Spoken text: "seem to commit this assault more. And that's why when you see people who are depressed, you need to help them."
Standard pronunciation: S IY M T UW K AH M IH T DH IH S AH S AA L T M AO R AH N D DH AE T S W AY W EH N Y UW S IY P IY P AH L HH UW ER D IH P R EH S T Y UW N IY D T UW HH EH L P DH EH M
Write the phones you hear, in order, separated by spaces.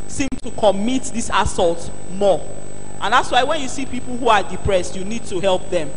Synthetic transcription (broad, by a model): S IY M T UW K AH M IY T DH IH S AH S AA L T M AO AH N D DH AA T S W AY W EH N Y UW S IY P IY P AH L HH UW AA D IH P R EH S T Y UW N IY D T UW HH EH L P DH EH M